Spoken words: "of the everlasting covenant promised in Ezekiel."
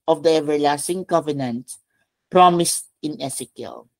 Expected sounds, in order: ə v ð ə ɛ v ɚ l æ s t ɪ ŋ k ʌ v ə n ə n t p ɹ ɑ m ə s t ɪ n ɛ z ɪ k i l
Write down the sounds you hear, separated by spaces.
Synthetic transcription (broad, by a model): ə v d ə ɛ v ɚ l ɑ s t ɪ ŋ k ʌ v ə n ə n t p ɹ ɑ m ə s t ɪ n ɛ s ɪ k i l